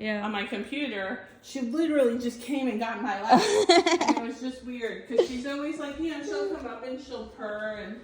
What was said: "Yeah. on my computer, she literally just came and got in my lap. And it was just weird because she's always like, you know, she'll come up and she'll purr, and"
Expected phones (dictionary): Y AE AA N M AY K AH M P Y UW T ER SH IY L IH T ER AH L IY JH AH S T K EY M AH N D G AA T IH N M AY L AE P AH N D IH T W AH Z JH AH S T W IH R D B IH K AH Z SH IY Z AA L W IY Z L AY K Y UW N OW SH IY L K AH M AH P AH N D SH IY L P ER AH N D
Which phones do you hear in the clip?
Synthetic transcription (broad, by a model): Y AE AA N M AY K AH M P Y UW T ER SH IY L IH T ER L IY JH AH S K EY M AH N G AA T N M AY L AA AH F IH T W AH Z JH AH S T W IH R D K AH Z SH IY Z AA L W IY Z L AY K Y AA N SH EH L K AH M AH P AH N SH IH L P ER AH N